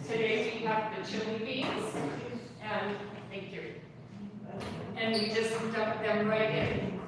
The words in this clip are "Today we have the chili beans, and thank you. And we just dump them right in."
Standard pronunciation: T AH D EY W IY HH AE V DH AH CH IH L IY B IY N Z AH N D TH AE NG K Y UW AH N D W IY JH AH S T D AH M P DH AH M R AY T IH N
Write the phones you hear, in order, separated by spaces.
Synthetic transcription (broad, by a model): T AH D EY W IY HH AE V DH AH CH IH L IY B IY Z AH N TH AE NG K Y UW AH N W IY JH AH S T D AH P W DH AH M R AY T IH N